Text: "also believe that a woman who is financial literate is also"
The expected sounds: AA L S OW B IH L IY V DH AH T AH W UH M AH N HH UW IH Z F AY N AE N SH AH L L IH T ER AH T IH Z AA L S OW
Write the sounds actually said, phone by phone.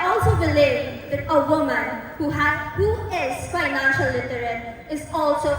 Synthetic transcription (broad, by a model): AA L S OW B IH L IY V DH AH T AH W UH M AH N HH UW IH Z F AY N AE N SH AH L L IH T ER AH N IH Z AA L S OW